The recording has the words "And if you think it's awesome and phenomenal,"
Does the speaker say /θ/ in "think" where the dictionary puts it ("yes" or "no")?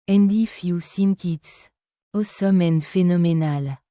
no